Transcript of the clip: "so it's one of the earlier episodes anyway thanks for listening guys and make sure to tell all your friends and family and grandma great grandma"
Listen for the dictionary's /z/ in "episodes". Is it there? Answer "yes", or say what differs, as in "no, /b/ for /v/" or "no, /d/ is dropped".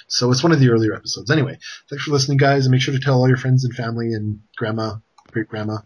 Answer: yes